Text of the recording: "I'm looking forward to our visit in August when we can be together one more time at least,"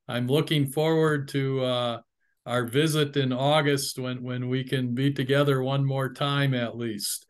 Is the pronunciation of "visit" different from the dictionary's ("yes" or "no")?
no